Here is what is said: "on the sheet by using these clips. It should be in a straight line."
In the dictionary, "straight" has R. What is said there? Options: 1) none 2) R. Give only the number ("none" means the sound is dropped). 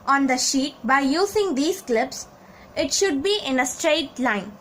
2